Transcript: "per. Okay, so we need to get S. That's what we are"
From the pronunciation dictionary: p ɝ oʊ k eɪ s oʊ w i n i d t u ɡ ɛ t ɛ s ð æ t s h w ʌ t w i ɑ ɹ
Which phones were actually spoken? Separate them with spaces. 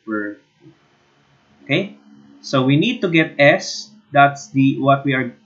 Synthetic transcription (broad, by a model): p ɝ oʊ k eɪ s oʊ w i n i d t u ɡ ɛ t ɛ s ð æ t s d w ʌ t w i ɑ ɹ